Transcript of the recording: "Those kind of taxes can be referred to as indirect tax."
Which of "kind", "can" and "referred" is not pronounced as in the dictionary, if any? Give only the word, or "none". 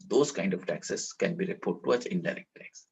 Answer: referred